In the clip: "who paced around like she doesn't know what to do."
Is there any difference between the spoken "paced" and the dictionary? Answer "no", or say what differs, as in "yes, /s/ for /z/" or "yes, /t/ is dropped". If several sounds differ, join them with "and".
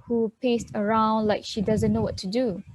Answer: no